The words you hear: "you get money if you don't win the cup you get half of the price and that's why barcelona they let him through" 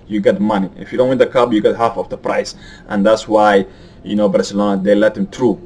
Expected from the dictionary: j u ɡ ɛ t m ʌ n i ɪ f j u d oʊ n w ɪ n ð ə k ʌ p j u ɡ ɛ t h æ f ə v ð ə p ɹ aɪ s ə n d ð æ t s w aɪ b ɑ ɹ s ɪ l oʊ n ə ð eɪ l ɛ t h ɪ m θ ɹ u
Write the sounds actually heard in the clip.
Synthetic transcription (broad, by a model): j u ɡ ɛ t m ʌ n i ɪ f j u d oʊ n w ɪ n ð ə k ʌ b j u ɡ ɛ t h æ f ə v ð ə p ɹ aɪ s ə n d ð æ t s w aɪ b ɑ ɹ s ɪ l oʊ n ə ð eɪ l ɛ t h ɪ m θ ɹ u